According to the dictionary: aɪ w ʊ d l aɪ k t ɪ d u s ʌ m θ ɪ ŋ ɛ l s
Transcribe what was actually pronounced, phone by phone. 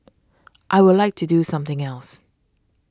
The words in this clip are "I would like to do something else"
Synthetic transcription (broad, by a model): aɪ w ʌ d l aɪ k t ɪ d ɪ s ʌ m θ ɪ ŋ ɛ l s